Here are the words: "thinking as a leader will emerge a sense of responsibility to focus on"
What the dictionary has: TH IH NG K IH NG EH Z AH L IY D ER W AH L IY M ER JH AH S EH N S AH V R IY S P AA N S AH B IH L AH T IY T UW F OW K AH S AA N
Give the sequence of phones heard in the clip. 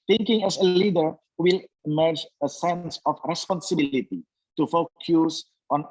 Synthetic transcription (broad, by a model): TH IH NG K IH NG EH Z AH L IY D ER W AH L IY M ER JH AH S EH N S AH F R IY S P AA N S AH B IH L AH T IY T UW F OW K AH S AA N